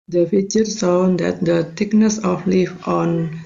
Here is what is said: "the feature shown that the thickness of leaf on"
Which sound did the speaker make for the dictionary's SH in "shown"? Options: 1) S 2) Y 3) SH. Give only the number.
1